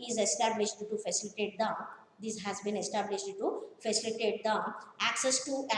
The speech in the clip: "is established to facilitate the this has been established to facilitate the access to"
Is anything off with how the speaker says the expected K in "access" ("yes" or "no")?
no